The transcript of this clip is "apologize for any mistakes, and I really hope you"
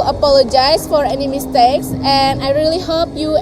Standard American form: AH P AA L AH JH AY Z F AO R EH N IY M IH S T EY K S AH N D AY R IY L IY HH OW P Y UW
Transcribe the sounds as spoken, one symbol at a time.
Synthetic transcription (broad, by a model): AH P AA L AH JH AY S F AO R EH N IY M IH S T EY K S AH N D AY R IY L IY HH OW P Y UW